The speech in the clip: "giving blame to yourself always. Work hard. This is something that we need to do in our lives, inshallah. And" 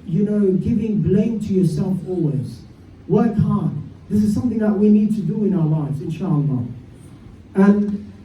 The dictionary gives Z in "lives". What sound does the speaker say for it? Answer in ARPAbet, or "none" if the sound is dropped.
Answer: Z